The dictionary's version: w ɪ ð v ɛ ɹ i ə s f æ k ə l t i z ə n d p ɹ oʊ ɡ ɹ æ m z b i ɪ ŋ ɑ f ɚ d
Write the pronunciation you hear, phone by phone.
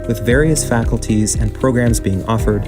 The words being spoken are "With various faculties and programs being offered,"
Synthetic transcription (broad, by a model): w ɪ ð v ɛ ɹ i ə s f æ k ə l t i z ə n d p ɹ oʊ ɡ ɹ æ m z b i ɪ ŋ ɑ f ɚ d